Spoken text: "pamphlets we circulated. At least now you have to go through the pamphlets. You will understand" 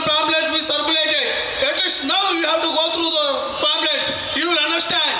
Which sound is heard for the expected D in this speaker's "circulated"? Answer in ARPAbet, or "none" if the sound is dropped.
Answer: none